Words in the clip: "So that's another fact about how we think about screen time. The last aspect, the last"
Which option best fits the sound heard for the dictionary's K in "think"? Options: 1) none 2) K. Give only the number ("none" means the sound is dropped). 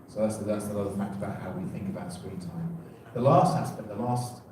2